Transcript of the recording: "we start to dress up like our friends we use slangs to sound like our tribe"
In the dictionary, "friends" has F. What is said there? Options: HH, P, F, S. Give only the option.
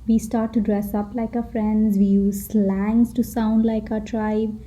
F